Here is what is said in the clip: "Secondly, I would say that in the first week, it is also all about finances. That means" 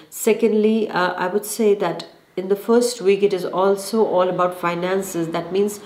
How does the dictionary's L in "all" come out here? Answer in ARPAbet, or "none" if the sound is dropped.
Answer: L